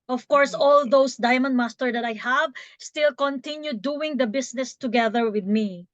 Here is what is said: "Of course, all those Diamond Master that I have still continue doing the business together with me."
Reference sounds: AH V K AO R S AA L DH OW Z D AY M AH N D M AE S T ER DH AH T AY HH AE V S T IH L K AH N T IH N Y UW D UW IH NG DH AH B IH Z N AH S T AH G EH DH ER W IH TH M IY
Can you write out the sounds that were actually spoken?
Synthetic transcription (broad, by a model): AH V K AO R S AA L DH OW S D AY M AH N D M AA S T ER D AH T AY HH AE V S T IH L K AH N T IH N Y UW D UW IH NG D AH B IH S N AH S T AH G EH DH ER W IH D M IY